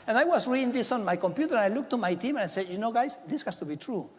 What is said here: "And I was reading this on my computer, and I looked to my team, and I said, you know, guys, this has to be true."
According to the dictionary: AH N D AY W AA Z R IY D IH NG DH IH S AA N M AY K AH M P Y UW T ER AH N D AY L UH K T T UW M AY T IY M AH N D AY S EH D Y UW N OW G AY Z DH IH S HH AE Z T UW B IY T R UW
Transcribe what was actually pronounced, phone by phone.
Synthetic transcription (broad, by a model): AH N AY W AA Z R IY D IH NG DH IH S AA N M AY K AH M P Y UW T ER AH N AY L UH K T T UW M AY T IY M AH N AY S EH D Y UW N OW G AY S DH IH S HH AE S T UW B IY T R UW